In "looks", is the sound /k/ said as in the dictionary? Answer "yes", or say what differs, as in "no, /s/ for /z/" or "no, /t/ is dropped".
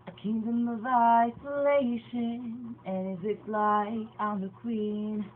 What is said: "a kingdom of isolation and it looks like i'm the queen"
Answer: no, /k/ is dropped